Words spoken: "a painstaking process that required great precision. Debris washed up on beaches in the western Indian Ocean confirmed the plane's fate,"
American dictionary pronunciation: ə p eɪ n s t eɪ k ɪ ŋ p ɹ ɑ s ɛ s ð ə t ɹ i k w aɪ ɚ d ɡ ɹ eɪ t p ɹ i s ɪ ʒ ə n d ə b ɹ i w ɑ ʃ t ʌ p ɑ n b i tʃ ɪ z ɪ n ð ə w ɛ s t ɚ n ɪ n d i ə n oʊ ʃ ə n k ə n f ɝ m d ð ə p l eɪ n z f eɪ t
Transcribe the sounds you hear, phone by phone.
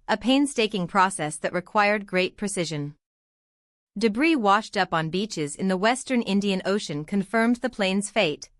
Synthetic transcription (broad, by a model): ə p eɪ n s t eɪ k ɪ ŋ p ɹ ɑ s ɛ s ð ə t ɹ i k w aɪ ɚ d ɡ ɹ eɪ t p ɹ i s ɪ ʒ ə n d ə b ɹ i w ɑ ʃ t ʌ p n b i tʃ ɪ z ɪ n ð ə w ɛ s t ɚ n ɪ n d i ə n oʊ ʃ ə n k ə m f ɝ m ð ə p l eɪ n z f eɪ t